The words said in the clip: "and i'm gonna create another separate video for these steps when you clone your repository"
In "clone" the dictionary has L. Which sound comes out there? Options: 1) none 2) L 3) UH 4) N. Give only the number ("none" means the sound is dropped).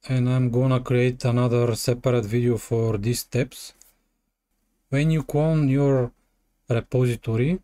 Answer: 1